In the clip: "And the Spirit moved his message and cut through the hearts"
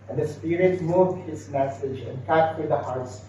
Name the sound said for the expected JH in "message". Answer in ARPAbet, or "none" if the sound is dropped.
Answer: JH